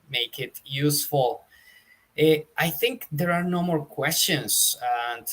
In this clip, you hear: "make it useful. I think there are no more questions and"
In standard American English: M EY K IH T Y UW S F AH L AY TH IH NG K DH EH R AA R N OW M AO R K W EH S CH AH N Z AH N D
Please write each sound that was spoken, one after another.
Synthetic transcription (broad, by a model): M EY K IH T Y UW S F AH L AY TH IH NG K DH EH R AA R N OW M AO R K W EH S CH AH N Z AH N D